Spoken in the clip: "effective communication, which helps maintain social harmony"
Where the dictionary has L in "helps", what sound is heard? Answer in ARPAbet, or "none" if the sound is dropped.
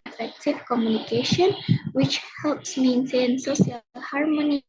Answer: L